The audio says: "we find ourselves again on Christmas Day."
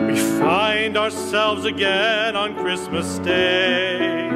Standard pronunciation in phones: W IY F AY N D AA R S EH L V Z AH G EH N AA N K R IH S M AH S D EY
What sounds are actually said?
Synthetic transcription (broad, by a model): W IY F AY N D AA R S EH L V Z AH G EH N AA N K R IH S M AH S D EY